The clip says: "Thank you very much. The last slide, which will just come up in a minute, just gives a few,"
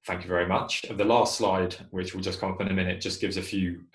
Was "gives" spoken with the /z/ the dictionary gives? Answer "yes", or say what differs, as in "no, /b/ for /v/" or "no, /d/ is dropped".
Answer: yes